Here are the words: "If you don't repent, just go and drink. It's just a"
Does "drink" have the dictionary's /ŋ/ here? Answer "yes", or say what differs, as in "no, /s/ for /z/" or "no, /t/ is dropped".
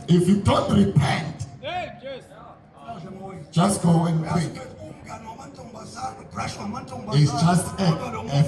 no, /ŋ/ is dropped